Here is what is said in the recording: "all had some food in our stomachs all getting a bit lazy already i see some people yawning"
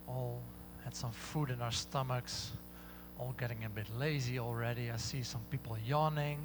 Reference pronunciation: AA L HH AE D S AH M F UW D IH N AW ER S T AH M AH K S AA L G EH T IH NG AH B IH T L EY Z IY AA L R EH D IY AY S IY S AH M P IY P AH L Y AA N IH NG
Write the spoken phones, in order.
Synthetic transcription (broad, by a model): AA L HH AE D S AH M F UW D IH N AW ER S T AH M AH K S AA L G EH T IH NG AH B IH T L EY Z IY AA L R EH D IY AY S IY S AH M P IY P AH L Y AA N IH NG